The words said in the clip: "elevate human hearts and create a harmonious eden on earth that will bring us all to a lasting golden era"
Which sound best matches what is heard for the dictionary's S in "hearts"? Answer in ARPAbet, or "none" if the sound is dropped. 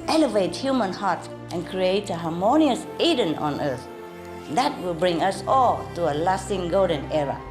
none